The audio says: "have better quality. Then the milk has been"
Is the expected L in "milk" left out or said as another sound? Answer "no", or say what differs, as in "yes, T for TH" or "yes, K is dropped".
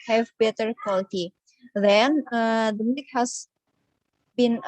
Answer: yes, L is dropped